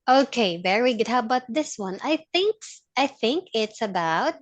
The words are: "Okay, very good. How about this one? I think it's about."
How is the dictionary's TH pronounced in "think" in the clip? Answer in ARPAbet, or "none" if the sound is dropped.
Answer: TH